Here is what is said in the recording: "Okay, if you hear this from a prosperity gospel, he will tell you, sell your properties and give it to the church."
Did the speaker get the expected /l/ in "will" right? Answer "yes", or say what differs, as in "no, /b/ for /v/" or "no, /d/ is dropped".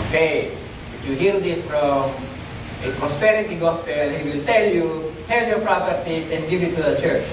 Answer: yes